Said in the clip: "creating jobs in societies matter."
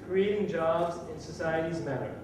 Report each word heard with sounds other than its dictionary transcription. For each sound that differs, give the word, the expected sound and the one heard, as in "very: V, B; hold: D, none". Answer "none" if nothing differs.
none